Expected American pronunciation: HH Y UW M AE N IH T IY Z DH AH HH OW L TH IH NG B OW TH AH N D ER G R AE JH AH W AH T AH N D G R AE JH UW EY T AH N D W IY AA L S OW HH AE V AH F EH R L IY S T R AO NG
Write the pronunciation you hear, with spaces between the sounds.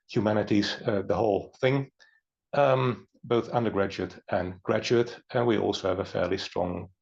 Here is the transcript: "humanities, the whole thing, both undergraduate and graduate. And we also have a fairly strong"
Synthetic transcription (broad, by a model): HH Y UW M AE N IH T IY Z DH AH HH OW L TH IH NG B OW TH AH N D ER G R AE JH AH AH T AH N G R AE JH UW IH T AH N W IY AA L S OW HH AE V AH F EH R L IY S T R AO NG